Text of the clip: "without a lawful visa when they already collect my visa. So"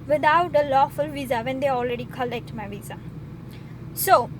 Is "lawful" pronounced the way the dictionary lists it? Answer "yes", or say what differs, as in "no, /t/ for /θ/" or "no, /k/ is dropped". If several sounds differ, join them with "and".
yes